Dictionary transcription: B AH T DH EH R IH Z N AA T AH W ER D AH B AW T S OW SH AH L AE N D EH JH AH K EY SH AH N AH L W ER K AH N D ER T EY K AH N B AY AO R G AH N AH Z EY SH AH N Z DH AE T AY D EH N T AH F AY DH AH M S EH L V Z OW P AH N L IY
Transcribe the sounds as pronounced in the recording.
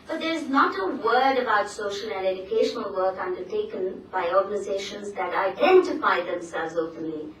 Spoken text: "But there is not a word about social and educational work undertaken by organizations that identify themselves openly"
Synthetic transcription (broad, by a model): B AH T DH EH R IH Z N AA T AH W ER D AH B AW T S OW SH AH L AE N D EH JH AH K EY SH AH N AH L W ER K AH N D ER T EY K AH N B AY AO R G AH N AH Z EY SH AH N Z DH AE T AY D EH N T AH F AY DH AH M S EH L V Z OW P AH N L IY